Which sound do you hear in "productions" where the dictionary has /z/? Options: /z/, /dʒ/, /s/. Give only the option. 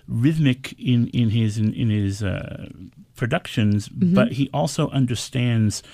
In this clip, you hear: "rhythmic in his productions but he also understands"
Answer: /z/